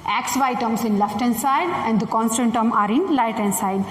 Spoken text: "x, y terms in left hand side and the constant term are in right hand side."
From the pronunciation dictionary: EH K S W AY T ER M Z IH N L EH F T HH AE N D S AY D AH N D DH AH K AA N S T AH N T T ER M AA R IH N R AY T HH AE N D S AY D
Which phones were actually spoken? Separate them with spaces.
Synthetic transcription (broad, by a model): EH K S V AY T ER M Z IH N L EH F T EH N S AY D AH N D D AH K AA N S T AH N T T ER M AA R IH N L AY T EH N S AY D